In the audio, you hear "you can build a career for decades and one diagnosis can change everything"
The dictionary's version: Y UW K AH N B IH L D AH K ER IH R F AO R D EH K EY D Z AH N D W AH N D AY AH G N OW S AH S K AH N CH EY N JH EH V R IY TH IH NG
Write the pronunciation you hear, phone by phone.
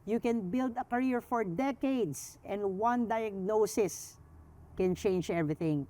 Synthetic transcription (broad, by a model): Y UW K AH N B IH L D AH K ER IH R F AO R D EH K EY D S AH N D W AH N D AY AH G N OW S AH S K AH N CH EY N JH EH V R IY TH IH NG